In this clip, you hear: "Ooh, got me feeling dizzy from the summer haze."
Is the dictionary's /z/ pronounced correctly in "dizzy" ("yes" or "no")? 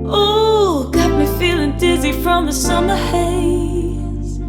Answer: yes